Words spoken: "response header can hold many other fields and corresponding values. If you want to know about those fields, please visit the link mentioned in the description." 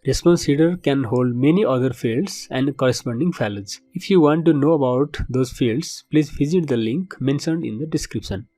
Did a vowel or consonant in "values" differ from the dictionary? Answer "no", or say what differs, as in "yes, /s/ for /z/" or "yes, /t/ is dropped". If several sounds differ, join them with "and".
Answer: yes, /f/ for /v/